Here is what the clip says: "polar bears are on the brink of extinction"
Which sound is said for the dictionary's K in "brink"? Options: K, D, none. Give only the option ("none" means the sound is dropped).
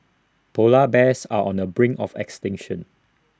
none